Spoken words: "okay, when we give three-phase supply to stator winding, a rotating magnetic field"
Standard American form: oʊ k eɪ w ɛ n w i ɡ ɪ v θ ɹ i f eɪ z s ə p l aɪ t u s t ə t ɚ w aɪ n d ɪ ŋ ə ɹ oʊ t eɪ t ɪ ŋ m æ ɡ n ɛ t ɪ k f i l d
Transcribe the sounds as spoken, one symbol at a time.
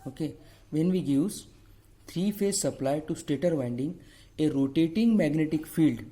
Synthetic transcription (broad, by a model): oʊ k eɪ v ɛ n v i ɡ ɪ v s ɹ i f eɪ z s ə p l aɪ t u s t ə t ɚ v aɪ n d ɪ ŋ ə ɹ oʊ t eɪ t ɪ ŋ m æ ɡ n ɛ t ɪ k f i l d